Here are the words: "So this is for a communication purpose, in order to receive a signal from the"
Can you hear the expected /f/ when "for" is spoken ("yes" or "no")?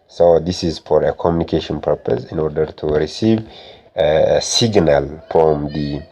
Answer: yes